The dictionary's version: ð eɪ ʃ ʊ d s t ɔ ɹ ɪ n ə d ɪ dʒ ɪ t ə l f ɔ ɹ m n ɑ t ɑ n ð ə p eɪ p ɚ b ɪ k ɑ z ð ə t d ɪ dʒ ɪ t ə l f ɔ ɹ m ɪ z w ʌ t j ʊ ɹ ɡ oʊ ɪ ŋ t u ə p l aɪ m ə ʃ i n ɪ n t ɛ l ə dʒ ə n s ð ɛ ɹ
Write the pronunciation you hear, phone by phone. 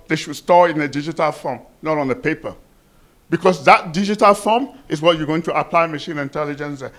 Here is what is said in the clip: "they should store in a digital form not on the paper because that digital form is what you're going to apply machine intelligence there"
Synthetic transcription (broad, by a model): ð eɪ ʃ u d s t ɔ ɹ ɪ n ə d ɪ dʒ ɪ t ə l f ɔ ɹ m n ɑ t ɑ n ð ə p eɪ p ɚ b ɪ k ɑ s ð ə t d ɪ dʒ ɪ t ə l f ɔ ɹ m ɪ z w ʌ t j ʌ ɡ oʊ ɪ ŋ t u ə p l aɪ m ə ʃ i n ɪ n t ɛ l ə dʒ ə n s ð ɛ